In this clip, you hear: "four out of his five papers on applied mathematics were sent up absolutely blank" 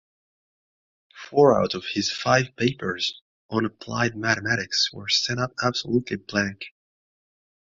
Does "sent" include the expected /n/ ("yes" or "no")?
no